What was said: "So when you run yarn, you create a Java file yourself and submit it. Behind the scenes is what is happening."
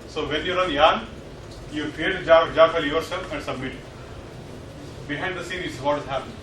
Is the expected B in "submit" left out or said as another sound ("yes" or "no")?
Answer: no